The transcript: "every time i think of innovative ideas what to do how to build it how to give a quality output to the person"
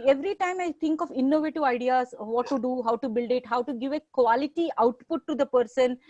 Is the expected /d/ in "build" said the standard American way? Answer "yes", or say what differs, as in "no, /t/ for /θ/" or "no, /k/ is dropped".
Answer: yes